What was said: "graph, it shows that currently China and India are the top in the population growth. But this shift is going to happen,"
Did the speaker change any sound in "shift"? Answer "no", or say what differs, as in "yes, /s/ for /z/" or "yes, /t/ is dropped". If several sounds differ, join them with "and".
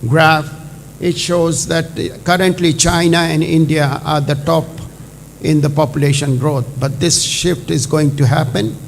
no